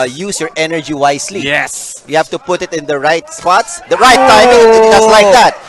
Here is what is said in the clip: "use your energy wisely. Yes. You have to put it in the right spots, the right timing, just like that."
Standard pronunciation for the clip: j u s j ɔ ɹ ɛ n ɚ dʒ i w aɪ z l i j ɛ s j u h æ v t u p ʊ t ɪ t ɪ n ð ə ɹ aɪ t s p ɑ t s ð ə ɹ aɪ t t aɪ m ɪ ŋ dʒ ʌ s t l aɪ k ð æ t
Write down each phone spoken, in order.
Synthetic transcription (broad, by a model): j u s j ɔ ɹ ɛ n ɚ dʒ i w aɪ s l i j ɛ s j u h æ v t u p ʊ t ɪ t ɪ n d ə ɹ aɪ t s p ɑ t s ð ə ɹ aɪ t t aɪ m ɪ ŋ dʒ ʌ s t l aɪ k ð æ t